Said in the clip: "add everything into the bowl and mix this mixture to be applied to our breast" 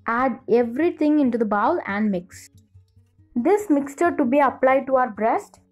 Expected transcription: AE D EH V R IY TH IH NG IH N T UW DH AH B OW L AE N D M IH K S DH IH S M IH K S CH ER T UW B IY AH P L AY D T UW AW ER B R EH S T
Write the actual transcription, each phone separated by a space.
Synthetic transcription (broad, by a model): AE D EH V R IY T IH NG IH N T UW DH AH B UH L AE N D M IH K S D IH S M IH K S CH ER T UW B IY AH P L AY D T UW AW ER B R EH S T